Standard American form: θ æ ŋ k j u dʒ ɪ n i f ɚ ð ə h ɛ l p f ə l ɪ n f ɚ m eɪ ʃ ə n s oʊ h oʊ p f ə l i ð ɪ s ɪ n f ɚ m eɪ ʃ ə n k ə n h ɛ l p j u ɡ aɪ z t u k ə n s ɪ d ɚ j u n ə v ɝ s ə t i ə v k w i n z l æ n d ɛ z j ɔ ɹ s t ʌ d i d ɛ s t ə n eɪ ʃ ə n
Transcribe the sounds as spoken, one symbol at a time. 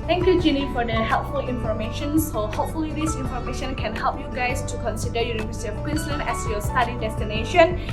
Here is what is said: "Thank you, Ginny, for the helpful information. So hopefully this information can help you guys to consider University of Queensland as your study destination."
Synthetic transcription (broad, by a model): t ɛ ŋ k j u dʒ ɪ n i f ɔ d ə h ɛ l p f ə l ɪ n f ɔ m eɪ ʃ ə n s oʊ h oʊ p f ə l i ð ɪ s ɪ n f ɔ m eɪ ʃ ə n k ə n h ɛ l p j u ɡ aɪ s t u k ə n s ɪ d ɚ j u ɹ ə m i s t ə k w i n s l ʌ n ɛ s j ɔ s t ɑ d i d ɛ s t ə n eɪ ʃ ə n